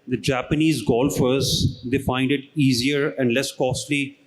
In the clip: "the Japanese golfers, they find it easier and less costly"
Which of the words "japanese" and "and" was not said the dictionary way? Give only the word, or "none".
none